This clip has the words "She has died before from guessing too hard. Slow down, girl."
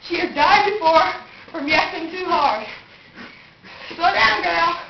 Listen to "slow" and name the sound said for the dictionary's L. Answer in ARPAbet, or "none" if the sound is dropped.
none